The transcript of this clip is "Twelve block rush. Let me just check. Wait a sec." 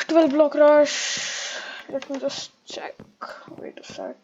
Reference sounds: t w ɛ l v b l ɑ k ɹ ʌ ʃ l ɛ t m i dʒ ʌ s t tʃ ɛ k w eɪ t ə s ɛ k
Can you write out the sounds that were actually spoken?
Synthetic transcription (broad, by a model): t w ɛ l b l ɑ k ɹ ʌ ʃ l ɛ t m i dʒ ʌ s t tʃ ɛ k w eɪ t ə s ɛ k